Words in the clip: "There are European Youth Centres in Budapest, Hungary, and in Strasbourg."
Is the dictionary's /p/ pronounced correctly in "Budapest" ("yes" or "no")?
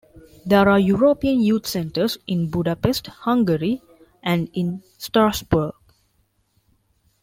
yes